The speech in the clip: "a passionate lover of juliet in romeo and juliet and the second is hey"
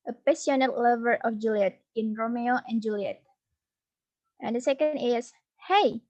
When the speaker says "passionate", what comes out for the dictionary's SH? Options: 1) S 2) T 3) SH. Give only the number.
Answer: 1